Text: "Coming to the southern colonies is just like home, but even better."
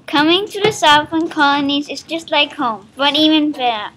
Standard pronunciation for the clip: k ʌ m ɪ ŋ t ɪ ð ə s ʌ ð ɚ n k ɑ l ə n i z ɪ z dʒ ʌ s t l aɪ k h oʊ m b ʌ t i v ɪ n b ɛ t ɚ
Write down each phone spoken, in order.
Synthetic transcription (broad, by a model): k ʌ m ɪ ŋ t ɪ ð ə s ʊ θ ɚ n k ɑ l ə n i z ɪ z dʒ ʌ s t l aɪ k h oʊ m b ʌ t i v ɪ n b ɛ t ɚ